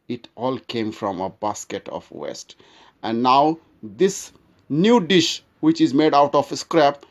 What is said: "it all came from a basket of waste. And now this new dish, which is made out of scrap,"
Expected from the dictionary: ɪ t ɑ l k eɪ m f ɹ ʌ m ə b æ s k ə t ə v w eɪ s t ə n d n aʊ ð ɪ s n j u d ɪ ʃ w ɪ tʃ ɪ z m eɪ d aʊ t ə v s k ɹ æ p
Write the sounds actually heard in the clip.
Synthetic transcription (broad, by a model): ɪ t ɑ l k eɪ m f ɹ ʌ m ə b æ s k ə t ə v w eɪ s t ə n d n aʊ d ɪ s n j u d ɪ ʃ w ɪ tʃ ɪ z m eɪ d aʊ t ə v s k ɹ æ p